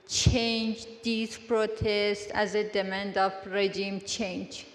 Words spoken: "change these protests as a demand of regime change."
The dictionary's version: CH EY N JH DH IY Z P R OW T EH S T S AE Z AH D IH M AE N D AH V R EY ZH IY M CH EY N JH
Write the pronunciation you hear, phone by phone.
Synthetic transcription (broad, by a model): CH EY N JH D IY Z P R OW T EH S T AE Z AH D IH M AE N D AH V R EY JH IY M CH EY N JH